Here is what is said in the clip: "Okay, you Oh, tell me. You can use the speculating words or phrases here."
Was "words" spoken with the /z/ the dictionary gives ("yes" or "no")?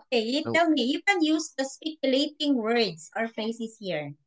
no